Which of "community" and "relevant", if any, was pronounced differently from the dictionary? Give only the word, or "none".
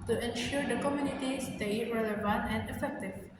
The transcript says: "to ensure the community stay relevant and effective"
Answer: none